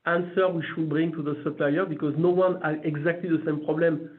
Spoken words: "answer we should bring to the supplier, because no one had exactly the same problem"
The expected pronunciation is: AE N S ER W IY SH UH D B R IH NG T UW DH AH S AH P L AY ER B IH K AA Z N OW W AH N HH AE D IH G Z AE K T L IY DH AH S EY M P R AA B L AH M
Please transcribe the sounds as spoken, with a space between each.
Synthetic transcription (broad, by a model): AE N S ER W IY SH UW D B R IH NG T UW DH AH S AH P L AY ER B IH K AA Z N OW W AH N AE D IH G Z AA K T L IY DH AH S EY M P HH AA B L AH M